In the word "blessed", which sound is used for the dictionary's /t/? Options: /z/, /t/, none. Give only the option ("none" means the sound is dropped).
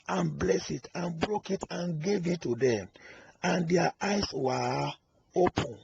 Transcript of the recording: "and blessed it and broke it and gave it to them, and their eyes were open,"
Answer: none